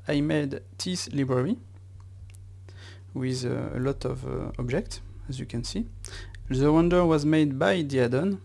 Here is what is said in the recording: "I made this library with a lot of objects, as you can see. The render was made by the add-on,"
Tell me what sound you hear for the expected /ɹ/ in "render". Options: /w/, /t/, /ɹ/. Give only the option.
/w/